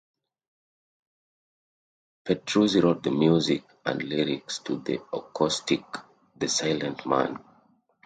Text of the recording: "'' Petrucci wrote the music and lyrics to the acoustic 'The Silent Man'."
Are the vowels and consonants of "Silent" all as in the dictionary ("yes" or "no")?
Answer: yes